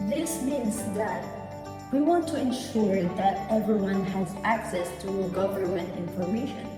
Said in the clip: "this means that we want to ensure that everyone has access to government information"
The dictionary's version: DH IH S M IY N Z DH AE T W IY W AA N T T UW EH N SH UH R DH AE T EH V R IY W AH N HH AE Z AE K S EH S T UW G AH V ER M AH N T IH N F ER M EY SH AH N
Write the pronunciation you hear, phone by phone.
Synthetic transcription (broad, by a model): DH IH S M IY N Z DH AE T W IY W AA N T T UW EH N SH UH R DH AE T EH V R IY W AH N HH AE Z AE K S EH S T UW G AH V ER M AH N T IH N F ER M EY SH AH N